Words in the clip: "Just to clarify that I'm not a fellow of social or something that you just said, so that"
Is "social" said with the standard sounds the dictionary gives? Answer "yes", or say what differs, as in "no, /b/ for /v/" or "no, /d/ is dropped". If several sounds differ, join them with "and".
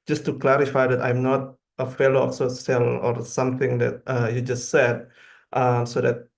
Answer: no, /s/ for /ʃ/